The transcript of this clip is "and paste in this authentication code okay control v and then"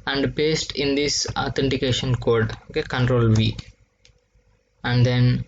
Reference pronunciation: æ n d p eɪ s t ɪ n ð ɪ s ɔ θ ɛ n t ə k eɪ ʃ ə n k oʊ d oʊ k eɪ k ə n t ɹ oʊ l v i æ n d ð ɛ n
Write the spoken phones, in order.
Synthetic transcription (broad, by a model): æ n d b eɪ s t ɪ n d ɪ s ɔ t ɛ n t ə k eɪ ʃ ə n k oʊ d oʊ k eɪ k ə n t ɹ oʊ l v i æ n d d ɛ n